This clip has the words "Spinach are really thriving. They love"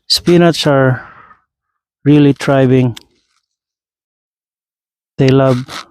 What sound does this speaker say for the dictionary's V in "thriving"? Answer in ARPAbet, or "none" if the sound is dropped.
B